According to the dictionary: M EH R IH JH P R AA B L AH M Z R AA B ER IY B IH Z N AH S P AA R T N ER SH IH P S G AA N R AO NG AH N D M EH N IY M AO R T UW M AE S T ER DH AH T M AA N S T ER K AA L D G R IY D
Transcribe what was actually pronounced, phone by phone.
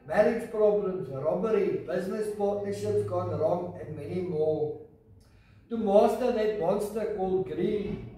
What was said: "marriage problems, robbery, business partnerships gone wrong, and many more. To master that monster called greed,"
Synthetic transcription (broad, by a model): M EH R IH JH P R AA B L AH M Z R AA B ER IY B IH Z N AH S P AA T IH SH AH S G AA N R AO NG AH N D M EH N IY M AO T UW M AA S T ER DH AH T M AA N S T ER K AA L D G R IY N